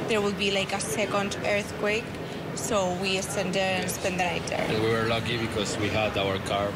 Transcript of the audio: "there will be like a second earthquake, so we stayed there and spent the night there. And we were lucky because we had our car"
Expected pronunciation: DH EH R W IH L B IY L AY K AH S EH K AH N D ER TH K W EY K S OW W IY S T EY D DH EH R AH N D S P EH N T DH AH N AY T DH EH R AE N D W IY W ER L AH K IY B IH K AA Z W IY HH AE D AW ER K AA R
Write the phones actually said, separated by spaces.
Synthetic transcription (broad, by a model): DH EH R W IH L B IY L AY K AH S EH K AH N D ER TH K W EY K S OW W IY S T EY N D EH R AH N S P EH N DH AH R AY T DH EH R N W IY W ER L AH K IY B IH K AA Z W IY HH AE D AW ER K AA R